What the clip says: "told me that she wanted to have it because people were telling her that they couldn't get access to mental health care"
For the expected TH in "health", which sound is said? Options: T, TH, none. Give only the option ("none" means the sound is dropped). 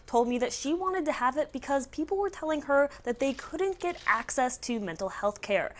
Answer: TH